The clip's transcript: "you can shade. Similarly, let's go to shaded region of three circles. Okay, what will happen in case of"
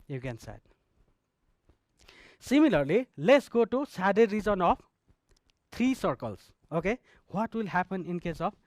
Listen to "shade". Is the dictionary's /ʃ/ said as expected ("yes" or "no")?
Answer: no